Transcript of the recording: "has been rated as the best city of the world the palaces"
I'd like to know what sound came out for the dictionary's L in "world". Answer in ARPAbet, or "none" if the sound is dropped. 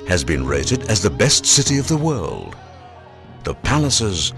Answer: L